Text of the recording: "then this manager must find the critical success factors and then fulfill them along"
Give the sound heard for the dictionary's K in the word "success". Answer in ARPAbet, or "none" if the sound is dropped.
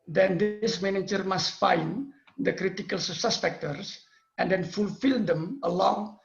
none